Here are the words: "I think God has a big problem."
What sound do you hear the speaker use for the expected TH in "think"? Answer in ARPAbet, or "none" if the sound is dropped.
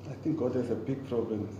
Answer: T